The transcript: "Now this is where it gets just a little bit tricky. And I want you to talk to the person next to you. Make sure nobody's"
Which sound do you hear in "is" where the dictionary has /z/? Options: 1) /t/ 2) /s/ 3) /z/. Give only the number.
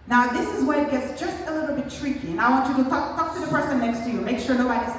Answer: 3